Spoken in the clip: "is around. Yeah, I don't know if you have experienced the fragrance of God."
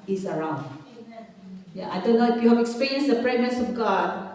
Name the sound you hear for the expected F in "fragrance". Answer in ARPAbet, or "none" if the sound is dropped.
P